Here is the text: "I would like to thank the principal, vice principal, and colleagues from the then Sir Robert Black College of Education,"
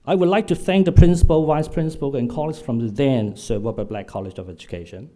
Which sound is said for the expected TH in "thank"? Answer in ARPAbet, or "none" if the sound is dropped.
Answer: TH